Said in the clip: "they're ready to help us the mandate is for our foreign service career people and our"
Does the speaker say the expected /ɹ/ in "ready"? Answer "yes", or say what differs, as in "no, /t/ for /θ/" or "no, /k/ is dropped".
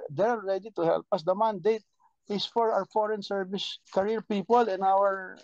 yes